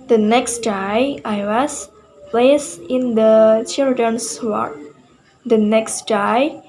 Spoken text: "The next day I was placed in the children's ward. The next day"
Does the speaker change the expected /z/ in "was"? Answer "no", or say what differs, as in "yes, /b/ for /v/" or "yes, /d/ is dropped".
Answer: yes, /s/ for /z/